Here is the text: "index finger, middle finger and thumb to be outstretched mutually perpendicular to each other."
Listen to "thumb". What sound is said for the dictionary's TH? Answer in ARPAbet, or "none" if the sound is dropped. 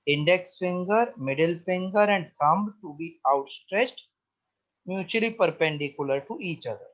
T